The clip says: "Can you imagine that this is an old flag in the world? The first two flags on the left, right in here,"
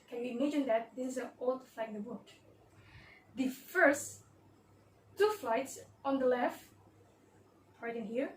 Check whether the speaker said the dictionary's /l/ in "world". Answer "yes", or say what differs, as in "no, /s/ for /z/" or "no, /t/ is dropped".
no, /l/ is dropped